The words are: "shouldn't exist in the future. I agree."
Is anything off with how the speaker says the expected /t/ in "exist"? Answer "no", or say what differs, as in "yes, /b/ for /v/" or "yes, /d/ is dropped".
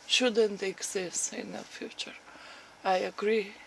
yes, /t/ is dropped